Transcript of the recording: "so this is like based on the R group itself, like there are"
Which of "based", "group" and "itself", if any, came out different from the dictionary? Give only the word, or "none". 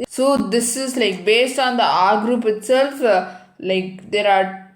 none